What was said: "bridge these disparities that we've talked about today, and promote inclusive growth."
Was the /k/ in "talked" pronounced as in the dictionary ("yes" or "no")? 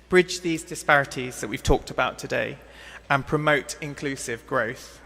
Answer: yes